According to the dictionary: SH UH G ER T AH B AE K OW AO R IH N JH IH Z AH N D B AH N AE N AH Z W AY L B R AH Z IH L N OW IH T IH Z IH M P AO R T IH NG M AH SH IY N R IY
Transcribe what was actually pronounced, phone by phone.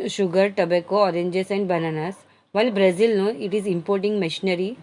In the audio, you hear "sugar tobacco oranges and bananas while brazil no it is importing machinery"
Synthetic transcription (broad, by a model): SH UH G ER T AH B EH K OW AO R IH N JH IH S AH N D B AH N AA N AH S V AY L B R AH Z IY L N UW IH T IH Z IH M P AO R T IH NG M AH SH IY N R IY